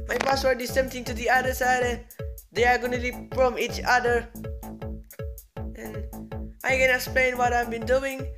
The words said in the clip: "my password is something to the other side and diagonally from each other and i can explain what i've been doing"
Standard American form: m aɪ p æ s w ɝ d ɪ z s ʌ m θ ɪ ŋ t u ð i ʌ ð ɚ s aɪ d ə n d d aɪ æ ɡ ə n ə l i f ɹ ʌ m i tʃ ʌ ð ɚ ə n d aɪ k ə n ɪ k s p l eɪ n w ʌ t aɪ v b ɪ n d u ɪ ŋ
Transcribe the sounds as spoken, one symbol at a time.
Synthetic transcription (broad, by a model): m aɪ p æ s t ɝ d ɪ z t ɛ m t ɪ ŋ t u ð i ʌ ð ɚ s aɪ d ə n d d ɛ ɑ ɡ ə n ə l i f ɹ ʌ m i tʃ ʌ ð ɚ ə n aɪ k ə n ɪ k s p l eɪ n w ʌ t aɪ v b ɪ n d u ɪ ŋ